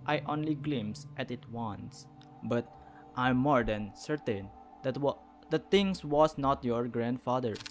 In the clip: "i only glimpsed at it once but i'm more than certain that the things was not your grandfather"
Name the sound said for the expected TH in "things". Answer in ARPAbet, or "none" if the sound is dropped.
T